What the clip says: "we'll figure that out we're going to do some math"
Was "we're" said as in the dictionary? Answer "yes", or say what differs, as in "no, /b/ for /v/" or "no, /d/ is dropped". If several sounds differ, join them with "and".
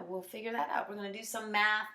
yes